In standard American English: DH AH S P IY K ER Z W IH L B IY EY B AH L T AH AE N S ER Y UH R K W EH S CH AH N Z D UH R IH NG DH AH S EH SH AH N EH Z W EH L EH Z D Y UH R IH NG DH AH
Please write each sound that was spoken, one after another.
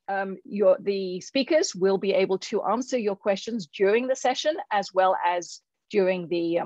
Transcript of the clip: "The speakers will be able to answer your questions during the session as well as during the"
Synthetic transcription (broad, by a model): DH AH S P IY K ER Z W IH L B IY EY B AH L T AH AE N S ER Y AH R K W EH S CH AH N Z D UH R IH NG DH AH S EH SH AH N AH Z W EH L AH Z D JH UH R IH NG DH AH